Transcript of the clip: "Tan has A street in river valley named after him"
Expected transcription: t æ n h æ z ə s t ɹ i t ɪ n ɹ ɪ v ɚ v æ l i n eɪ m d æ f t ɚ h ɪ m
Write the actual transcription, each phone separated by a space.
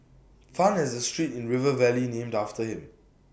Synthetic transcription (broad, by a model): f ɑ n h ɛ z ə s t ɹ i t ɪ n ɹ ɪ v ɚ v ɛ l i n eɪ m d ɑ f t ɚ h ɪ m